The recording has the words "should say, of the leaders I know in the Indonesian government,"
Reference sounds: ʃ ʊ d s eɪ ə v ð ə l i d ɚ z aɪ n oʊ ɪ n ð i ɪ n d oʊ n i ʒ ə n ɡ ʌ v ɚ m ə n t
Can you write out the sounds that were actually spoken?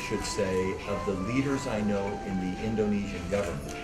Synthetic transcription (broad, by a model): ʃ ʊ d s eɪ ə v ð ə l i d ɚ z aɪ n oʊ ɪ n ð i ɪ n d oʊ n i ʒ ə n ɡ ʌ v ɚ m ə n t